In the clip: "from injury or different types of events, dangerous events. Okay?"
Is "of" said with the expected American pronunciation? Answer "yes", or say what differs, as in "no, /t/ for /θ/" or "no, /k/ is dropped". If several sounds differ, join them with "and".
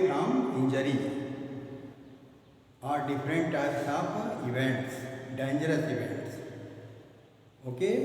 no, /p/ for /v/